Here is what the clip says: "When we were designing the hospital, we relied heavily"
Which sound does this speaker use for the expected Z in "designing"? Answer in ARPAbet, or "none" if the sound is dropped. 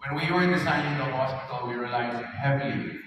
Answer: S